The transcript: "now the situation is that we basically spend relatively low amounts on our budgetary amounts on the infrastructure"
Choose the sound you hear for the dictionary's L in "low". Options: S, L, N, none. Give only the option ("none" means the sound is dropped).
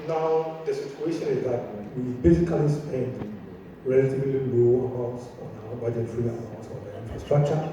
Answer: N